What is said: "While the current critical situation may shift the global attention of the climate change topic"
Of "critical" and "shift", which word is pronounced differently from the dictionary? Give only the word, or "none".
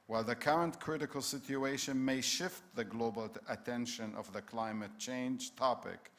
none